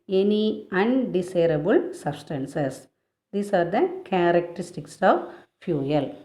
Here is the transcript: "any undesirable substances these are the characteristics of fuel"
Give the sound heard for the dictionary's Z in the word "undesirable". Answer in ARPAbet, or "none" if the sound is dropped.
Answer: S